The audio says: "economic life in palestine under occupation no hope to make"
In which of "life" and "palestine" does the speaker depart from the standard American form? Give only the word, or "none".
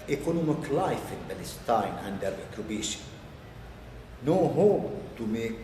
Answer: palestine